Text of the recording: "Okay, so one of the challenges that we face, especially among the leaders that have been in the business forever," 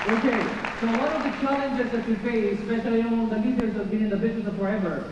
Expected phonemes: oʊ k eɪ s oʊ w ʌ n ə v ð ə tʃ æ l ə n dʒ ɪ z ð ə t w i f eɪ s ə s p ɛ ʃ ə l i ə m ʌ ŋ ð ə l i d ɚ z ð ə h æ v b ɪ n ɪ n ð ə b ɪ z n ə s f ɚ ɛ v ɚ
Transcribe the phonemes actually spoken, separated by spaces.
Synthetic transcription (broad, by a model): oʊ k eɪ s oʊ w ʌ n ə v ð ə tʃ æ l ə n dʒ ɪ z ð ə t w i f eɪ ə s p ɛ ʃ ə l i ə ʌ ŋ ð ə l i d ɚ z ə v b ɪ n ɪ n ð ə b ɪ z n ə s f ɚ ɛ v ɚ